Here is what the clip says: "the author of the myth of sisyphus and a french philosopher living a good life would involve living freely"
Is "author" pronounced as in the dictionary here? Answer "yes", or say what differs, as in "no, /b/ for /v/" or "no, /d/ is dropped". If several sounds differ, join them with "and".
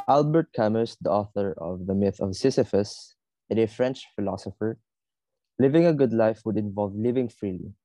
yes